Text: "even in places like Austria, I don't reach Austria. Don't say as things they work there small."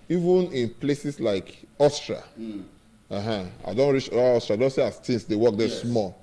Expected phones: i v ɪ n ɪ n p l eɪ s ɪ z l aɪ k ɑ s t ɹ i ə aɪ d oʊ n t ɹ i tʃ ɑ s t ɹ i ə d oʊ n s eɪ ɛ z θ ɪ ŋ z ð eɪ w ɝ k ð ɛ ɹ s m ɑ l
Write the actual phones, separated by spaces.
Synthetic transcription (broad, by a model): i v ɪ n ɪ n p l eɪ s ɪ s l aɪ k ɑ s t ɹ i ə aɪ d oʊ n t ɹ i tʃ ɑ s t ɹ i ə d oʊ n s eɪ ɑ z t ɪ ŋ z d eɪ w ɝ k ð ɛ s m ɑ l